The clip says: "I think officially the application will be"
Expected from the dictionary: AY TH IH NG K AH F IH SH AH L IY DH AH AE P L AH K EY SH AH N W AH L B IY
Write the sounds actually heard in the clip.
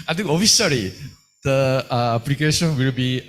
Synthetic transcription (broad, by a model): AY T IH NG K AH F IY S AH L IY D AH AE P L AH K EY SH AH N W AH L B IY